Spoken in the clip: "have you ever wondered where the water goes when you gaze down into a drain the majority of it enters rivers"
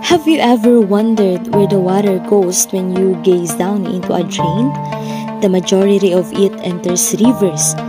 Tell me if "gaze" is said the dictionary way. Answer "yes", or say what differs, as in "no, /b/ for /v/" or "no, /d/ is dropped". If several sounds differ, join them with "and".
no, /s/ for /z/